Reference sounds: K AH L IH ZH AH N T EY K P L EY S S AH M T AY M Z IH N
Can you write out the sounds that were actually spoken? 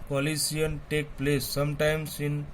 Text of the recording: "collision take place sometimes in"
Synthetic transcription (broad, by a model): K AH L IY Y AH N T EY K P L EY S S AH M T AY M S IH N